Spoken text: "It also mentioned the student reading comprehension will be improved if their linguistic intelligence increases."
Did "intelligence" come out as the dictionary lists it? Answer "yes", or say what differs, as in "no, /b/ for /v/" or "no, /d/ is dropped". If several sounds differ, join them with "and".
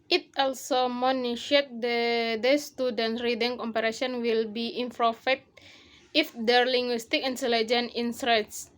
no, /s/ is dropped